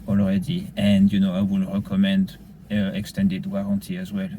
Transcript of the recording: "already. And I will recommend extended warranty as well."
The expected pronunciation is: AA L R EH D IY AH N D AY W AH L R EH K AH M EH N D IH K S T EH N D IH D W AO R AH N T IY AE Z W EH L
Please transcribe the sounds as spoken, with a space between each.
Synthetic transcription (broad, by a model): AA L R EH D IY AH N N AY W AH L R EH K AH M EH N D IH K S T EH N D IH D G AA R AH T IY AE Z W EH L